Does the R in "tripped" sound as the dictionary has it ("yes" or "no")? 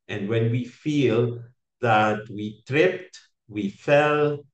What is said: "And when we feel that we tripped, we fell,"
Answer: yes